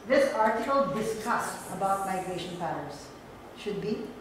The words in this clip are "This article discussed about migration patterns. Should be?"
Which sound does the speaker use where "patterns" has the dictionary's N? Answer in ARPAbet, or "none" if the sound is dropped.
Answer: none